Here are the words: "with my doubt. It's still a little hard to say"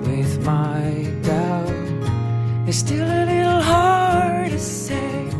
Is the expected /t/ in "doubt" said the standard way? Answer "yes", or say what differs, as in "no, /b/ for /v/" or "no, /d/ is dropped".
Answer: no, /t/ is dropped